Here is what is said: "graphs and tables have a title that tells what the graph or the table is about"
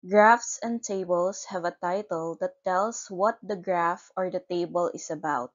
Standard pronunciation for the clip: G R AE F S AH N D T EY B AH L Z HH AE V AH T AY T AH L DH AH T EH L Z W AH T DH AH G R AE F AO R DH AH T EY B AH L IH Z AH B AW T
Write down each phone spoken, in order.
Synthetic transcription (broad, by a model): G R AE F S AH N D T EY B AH L S HH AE V AH T AY T AH L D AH T EH L S W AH T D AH G R AE F AO R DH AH T EY B AH L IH S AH B AW T